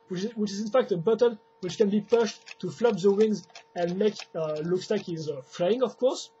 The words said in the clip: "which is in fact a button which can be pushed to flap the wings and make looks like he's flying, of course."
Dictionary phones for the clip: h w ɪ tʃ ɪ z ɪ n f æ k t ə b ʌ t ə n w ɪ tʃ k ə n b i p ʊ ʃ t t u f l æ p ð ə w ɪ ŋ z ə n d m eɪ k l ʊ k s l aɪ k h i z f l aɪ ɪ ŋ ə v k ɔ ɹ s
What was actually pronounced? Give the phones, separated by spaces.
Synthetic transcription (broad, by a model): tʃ w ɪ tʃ ɪ z ɪ n f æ k t ə b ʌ t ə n w ɪ tʃ k ə n b i p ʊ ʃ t t u f l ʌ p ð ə w ɪ ŋ z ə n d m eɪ k l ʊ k s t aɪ k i z f l aɪ ɪ ŋ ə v k ɔ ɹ s